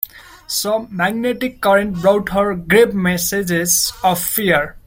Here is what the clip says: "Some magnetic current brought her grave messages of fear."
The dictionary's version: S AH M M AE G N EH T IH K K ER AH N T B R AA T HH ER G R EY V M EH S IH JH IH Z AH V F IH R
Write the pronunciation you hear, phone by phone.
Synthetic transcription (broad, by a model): S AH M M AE G N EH T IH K K ER AH N T B R AA T HH ER G R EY P M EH S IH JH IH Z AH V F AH R